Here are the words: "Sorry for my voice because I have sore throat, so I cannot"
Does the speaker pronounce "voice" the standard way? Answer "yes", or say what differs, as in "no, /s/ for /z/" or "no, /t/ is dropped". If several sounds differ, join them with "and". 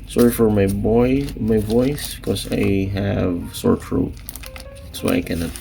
no, /b/ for /v/